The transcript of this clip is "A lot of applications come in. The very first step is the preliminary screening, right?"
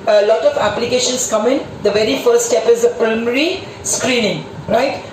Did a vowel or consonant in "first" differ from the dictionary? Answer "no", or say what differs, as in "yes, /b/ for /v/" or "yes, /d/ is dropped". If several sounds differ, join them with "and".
yes, /s/ is dropped